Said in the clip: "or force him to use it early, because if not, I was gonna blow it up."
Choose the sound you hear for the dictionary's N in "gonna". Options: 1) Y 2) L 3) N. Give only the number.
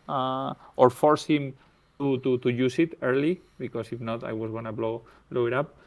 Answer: 2